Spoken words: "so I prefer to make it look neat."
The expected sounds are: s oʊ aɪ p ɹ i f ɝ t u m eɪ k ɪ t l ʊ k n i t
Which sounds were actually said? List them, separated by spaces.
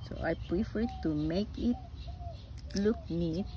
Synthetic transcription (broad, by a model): s oʊ aɪ p ɹ i f ɝ t u m eɪ k ɪ t l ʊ k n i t